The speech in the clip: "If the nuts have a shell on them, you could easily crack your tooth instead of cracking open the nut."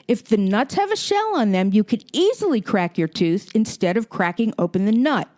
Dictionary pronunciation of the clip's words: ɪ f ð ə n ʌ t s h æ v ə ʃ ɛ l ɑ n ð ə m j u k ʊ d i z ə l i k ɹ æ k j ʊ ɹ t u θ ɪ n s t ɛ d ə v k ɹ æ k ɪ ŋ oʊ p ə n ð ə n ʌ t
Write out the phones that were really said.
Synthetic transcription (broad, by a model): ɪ f ð ə n ʌ t s h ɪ v ə ʃ ɛ l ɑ n ð ə m j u k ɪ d i z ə l i k ɹ æ k j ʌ ɹ t u θ ɪ n s t ɛ d ə v k ɹ æ k ɪ ŋ oʊ p ə n ð ə n ʌ t